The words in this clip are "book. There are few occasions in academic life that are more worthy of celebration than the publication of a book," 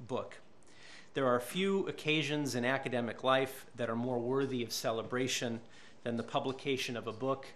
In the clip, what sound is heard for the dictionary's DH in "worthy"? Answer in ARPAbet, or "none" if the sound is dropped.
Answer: DH